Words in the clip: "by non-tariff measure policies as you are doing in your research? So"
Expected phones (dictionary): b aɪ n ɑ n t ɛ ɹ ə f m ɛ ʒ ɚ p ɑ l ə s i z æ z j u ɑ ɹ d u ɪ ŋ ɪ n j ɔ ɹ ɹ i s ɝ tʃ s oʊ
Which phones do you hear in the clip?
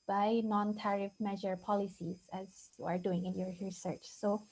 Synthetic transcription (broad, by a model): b aɪ n ɑ n t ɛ ɹ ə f m ɛ ʒ ɚ p ɑ l ə s i z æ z j u ɑ ɹ d u ɪ ŋ ɪ n j ɔ ɹ ɹ i s ɝ tʃ s oʊ